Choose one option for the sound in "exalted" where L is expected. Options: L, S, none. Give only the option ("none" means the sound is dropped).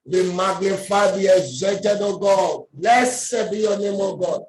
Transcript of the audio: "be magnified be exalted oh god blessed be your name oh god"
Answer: none